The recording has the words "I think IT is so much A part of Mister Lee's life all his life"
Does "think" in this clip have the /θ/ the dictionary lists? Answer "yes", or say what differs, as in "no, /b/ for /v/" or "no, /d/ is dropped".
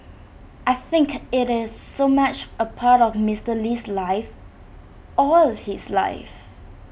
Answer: yes